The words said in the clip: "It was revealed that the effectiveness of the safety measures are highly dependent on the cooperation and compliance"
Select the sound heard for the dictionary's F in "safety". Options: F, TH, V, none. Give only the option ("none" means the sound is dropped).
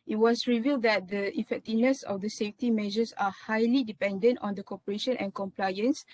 F